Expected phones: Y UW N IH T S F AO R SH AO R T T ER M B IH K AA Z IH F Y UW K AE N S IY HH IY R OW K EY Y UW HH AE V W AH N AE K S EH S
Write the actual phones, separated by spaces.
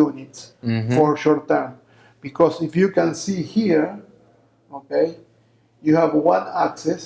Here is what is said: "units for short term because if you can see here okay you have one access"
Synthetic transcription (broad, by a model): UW N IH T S F AO R SH AO R T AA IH M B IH K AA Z IH F Y UW K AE N S IY HH IY R OW K EY Y UW HH AE V W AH N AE K S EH S